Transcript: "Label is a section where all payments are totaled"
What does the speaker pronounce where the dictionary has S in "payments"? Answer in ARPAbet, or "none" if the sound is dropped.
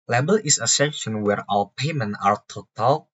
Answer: none